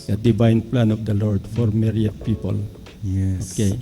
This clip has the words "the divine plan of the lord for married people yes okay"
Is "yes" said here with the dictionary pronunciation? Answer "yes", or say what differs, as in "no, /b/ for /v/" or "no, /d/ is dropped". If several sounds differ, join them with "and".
no, /s/ is dropped